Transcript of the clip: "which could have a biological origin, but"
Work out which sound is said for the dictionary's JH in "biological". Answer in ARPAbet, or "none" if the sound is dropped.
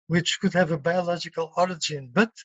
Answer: JH